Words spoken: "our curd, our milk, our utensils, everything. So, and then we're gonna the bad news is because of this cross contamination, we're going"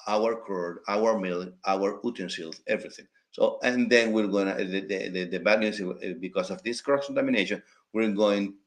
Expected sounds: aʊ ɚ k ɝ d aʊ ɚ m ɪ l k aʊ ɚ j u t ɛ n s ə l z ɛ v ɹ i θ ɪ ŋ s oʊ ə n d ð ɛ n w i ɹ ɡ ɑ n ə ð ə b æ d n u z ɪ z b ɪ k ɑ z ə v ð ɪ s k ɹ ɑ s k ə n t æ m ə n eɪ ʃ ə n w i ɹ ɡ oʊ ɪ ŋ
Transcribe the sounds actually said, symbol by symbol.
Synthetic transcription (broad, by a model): aʊ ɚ k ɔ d aʊ ɚ m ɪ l aʊ ɚ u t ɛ n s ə l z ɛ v ɹ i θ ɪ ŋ s oʊ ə n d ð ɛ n w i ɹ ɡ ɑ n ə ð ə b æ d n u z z b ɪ k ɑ s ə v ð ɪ s k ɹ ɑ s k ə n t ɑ m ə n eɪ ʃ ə n w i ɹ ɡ oʊ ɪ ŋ